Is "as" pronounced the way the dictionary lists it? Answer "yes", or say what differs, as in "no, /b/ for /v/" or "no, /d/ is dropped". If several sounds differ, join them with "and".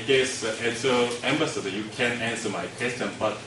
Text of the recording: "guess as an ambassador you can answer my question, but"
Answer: no, /s/ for /z/